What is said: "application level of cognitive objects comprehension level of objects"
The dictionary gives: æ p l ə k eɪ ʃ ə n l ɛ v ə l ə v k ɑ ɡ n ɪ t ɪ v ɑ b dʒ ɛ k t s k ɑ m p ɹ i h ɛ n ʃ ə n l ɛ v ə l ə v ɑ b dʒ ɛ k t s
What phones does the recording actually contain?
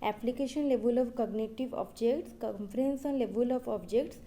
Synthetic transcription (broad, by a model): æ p l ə k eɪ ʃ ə n l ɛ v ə l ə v k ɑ ɡ n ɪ t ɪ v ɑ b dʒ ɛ k t s k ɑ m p ɹ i n s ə n l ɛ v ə l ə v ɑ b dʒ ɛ k t s